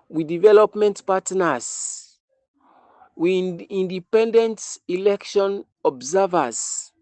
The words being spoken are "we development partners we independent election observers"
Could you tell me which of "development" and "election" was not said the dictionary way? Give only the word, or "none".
none